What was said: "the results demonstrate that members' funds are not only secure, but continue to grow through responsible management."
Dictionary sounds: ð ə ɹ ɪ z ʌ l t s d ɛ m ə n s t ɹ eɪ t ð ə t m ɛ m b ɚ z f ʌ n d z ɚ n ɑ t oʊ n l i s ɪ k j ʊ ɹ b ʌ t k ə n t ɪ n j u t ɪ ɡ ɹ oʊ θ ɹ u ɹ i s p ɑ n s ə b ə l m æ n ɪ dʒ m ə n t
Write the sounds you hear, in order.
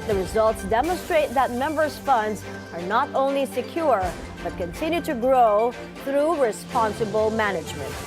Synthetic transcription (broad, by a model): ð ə ɹ ɪ z ʌ l t s d ɛ m ə n s t ɹ eɪ t ð ə t m ɛ m b ɚ z f ʌ n d z ɚ n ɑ t oʊ n l i s ɪ k j ʊ ɹ b ʌ t k ə n t ɪ n j u t ɪ ɡ ɹ oʊ θ ɹ u ɹ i s p ɑ n s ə b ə l m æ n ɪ dʒ m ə n t